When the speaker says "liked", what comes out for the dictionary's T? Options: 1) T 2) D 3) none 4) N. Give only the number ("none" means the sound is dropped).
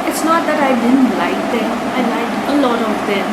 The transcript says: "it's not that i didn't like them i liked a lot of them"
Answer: 3